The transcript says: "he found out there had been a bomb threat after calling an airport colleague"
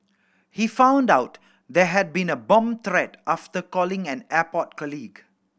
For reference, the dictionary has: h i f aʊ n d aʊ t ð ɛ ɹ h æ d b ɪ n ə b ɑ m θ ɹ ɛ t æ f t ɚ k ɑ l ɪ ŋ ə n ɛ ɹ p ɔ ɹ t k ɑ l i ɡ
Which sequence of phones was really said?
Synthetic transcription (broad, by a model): h i f aʊ n d aʊ t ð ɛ h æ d b ɪ n ə b ɑ m t ɹ ɛ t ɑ f t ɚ k ɑ l ɪ ŋ ə n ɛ p ɔ t k ɑ l i ɡ